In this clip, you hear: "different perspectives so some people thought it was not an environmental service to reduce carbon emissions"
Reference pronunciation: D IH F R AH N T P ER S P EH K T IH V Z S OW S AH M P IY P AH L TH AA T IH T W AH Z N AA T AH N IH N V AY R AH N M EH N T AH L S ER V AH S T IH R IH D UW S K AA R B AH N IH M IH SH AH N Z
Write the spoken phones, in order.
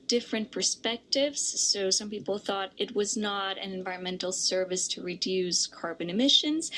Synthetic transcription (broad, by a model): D IH F R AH N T P ER S P EH K T IH V Z S OW S AH M P IY P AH L TH AA T IH T W AH Z N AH T AH N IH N V AY R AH N M EH N T L S ER V AH S T IH R IH D UW S K AA R B AH N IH M IH SH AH N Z